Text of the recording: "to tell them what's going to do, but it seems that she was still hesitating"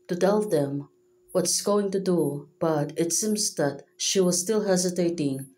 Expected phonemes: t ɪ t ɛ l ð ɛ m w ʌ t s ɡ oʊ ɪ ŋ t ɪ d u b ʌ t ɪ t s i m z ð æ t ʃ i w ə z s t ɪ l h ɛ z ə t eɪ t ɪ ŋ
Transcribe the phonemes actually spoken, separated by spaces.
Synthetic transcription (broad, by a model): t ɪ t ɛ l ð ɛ m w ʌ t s ɡ oʊ ɪ ŋ t ɪ d u b ʌ t ɪ t s i m z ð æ t ʃ i w ə z s t ɪ l h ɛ z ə t eɪ t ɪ ŋ